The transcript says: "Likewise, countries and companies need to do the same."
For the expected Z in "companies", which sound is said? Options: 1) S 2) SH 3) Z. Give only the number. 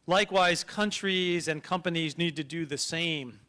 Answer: 3